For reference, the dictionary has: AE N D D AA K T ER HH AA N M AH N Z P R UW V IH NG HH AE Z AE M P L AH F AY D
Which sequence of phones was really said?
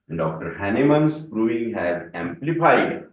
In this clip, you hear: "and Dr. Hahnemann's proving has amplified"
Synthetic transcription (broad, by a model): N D D AA K T ER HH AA N M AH N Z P R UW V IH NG HH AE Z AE M P L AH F AY D